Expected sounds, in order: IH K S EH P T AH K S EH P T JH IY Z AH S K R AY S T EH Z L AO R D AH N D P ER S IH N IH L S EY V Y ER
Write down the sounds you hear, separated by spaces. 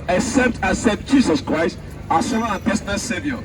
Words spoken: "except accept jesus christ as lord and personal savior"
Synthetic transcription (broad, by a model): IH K S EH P T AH S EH T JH IY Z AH S K R AY S T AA S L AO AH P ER S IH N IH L S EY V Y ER